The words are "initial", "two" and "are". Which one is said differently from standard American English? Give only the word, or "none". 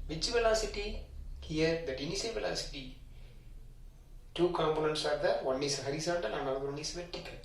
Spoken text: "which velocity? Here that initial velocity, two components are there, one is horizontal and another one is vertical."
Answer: initial